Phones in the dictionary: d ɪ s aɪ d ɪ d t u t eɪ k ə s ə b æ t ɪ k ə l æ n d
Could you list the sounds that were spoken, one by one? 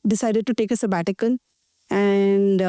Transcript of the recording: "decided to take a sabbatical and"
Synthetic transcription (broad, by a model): d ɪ s aɪ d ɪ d t u t eɪ k ə s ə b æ t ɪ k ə n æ n d